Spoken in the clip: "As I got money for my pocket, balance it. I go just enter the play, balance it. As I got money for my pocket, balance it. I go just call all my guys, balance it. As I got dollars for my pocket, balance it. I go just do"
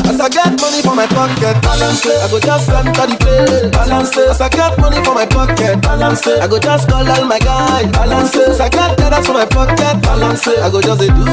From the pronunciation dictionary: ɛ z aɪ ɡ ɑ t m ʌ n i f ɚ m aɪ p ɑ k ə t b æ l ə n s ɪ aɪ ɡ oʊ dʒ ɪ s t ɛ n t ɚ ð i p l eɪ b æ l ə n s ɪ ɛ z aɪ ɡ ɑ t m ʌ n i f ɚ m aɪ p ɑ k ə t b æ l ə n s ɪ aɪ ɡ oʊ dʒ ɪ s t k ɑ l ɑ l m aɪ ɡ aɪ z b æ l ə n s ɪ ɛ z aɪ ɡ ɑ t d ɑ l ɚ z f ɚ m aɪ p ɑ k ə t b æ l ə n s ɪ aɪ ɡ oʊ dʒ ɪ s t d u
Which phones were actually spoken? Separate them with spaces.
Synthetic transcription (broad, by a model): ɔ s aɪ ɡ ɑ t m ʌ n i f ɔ m aɪ p ɑ k ə t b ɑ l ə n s ɪ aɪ ɡ oʊ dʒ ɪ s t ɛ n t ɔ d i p eɪ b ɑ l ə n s ɪ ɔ s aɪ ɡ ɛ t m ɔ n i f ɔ m aɪ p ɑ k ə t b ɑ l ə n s ɪ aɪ ɡ oʊ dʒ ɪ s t k ɑ l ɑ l m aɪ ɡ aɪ b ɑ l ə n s ɪ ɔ s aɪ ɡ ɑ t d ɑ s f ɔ m aɪ p ɑ k ə t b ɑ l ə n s ɪ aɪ ɡ oʊ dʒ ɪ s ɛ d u